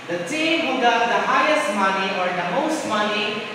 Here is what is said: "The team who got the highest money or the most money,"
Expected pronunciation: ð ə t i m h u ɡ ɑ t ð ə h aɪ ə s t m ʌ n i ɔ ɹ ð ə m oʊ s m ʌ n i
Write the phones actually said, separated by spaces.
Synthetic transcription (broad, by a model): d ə s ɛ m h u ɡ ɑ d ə h aɪ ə s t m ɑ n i ɔ ɹ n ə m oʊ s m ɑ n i